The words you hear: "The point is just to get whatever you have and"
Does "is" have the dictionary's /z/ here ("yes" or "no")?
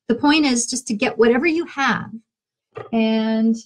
yes